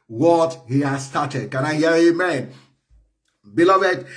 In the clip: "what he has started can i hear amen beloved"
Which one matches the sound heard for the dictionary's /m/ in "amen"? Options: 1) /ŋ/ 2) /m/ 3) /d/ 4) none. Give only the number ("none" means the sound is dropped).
2